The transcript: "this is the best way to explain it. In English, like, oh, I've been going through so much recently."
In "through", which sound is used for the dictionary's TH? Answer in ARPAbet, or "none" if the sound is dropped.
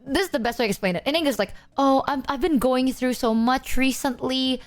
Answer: TH